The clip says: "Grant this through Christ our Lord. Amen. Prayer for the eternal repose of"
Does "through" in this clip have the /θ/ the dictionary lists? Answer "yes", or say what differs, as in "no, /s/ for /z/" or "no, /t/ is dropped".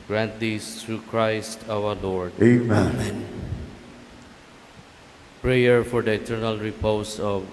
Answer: no, /t/ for /θ/